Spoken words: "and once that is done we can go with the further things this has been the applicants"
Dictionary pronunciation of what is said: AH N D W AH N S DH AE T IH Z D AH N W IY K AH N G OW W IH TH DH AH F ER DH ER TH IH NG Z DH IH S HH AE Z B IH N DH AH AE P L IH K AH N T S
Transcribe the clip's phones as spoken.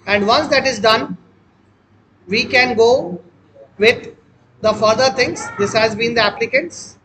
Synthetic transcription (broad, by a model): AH N D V AH N S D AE T IH Z D AH N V IY K AH N G OW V IH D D AH F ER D ER T IH NG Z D IH S HH AE Z B IH N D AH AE P L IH K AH N T S